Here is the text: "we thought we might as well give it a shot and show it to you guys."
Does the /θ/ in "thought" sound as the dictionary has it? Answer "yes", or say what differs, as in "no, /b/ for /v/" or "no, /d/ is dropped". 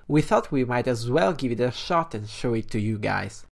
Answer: yes